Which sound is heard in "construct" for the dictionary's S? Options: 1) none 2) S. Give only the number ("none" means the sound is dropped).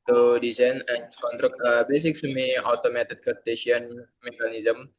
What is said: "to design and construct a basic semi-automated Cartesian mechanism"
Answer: 1